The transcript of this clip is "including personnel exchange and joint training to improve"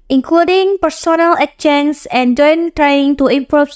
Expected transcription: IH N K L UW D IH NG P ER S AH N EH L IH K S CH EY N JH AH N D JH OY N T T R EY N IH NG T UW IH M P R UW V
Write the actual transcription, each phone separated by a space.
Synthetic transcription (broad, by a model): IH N K L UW D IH NG P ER S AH N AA L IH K CH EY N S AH N JH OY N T T R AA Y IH NG T UW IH M P R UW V